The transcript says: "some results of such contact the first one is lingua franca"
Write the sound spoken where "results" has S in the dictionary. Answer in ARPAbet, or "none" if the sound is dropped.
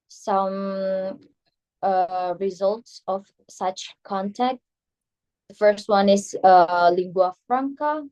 S